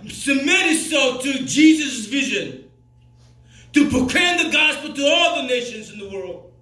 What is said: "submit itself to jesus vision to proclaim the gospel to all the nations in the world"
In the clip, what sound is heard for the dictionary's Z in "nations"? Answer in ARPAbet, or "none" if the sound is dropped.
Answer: Z